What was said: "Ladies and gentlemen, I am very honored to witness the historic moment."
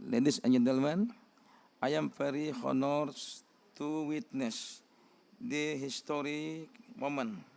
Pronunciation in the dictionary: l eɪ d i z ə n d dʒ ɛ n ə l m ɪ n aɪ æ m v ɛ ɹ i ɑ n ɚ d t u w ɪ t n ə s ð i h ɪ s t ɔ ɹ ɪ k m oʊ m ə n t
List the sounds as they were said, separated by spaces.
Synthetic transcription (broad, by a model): l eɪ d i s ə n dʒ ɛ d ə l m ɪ n aɪ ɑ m p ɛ ɹ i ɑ n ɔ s t u w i t n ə s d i h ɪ s t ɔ ɹ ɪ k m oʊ m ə n